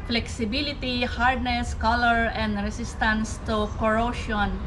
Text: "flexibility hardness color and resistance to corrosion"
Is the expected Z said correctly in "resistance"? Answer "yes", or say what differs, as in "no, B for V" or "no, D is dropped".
no, S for Z